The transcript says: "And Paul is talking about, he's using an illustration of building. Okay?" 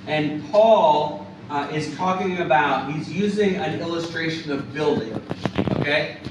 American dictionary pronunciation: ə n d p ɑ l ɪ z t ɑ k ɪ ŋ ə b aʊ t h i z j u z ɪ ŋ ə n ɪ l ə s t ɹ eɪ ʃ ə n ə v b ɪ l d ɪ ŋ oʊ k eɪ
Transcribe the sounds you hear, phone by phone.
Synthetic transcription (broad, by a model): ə n p ɑ l ɪ z t ɑ k ɪ ŋ ə b aʊ t h i z j u z ɪ ŋ ə n ɪ l ə s t ɹ eɪ ʃ ə n ə v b ɪ l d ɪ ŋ oʊ k eɪ